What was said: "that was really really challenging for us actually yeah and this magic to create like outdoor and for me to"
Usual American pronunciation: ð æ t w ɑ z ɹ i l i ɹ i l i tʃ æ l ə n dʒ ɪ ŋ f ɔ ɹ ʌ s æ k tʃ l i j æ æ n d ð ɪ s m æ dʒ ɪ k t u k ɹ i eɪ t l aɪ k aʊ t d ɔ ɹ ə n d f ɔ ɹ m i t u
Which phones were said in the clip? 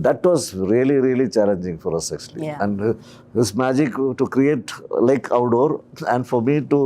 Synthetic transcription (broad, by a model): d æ t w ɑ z ɹ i l i ɹ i l i tʃ æ l ə n dʒ ɪ ŋ f ɔ ɹ ʌ s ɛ k s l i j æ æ n d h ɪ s m æ dʒ ɪ k t u k ɹ i eɪ t l aɪ k aʊ t d ɔ ɹ ə n d f ɔ ɹ m i t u